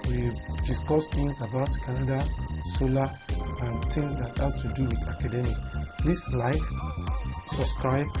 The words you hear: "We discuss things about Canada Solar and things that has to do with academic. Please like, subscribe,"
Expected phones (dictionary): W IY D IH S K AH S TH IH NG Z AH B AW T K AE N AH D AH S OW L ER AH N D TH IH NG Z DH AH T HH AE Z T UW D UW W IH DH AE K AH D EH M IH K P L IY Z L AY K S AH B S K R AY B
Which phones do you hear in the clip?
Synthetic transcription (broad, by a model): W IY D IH S K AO S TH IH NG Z AH B AW T K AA N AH D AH S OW L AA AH N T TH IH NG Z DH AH T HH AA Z T UW D UW W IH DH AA K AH D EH M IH K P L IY S L AY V S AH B S K R AY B